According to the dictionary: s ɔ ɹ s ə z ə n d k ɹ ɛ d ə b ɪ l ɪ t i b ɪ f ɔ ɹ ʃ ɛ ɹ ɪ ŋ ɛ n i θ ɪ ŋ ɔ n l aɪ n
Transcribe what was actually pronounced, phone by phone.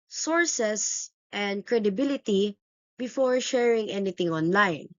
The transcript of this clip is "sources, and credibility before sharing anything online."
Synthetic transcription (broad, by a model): s ɔ ɹ s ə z ə n d k ɹ ɛ d ə b ɪ l ɪ t i b ɪ f ɔ ɹ ʃ ɛ ɹ ɪ ŋ ɛ n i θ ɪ ŋ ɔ n l aɪ n